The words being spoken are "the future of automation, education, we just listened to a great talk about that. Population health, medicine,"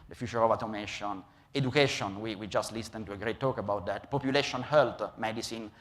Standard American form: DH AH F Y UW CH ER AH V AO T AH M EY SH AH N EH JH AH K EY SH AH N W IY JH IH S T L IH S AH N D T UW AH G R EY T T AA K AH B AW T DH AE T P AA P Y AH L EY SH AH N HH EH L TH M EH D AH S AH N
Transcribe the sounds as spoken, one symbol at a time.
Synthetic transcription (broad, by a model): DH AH F Y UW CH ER AH V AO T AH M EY SH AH N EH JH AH K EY SH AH N W IY JH IH S T L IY S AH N T UW AH G R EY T T AA K AH B AW T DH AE T P AA P Y AH L EY SH AH N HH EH L T M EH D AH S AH N